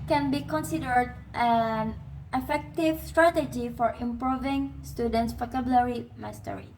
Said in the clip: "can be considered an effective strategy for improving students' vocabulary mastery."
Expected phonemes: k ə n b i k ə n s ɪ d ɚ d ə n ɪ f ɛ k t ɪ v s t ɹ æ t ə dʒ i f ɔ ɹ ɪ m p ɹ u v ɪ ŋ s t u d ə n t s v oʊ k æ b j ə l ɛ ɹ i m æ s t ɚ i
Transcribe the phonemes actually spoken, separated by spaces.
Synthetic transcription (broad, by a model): k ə n b i k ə n s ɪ d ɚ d ə n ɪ f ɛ k t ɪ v s t ɹ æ t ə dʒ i f ɔ ɹ ɪ m p ɹ u v ɪ ŋ s t u d ə n t s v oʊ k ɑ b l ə ɹ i m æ s t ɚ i